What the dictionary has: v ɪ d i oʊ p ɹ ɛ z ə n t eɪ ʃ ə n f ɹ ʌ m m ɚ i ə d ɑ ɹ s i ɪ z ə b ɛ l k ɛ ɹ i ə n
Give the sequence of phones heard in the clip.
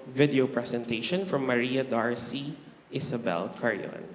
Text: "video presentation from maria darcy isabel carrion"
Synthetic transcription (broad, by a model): v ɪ d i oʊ p ɹ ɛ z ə n t eɪ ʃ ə n f ɹ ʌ m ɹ i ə d ɑ ɹ s i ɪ s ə b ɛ l k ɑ ɹ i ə n